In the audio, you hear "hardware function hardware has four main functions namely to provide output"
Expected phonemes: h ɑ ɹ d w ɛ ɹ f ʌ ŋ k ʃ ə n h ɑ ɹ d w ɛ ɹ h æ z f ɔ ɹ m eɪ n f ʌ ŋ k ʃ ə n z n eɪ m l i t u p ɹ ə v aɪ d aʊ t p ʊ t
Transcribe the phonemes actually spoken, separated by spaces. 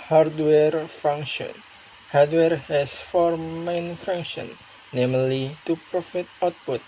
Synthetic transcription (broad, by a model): h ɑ ɹ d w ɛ ɹ f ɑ ŋ k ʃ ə n h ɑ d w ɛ ɹ h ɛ s f ɔ ɹ m eɪ n f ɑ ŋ k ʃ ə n n eɪ m l i t u p ɹ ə f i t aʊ t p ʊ t